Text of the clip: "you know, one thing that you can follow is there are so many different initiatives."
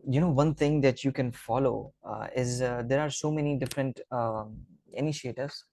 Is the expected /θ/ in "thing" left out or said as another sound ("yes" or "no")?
yes